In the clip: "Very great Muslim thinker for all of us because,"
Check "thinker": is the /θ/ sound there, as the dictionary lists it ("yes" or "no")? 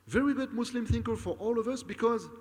yes